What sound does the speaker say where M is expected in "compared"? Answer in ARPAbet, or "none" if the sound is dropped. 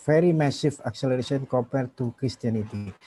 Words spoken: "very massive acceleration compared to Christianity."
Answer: none